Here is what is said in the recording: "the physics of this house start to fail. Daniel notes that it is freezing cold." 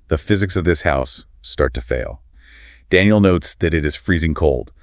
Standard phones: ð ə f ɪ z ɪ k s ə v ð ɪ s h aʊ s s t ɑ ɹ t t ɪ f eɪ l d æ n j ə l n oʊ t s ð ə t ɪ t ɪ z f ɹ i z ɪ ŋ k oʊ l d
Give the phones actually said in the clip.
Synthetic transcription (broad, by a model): ð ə f ɪ z ɪ k s ə v ð ɪ s h aʊ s s t ɑ ɹ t t ɪ f eɪ l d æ n j l n oʊ t s ð ə t ɪ t ɪ z f ɹ i z ɪ ŋ k oʊ l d